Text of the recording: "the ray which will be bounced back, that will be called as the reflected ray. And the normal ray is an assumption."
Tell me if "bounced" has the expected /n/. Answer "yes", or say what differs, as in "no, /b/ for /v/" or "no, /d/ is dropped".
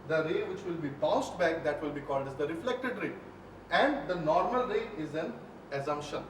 no, /n/ is dropped